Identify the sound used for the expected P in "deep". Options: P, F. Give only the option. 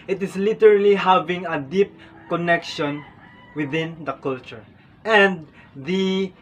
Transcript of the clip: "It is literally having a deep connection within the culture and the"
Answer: P